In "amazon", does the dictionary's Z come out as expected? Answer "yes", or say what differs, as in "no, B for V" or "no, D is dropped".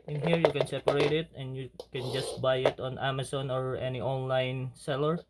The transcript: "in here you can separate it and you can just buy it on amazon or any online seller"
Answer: no, S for Z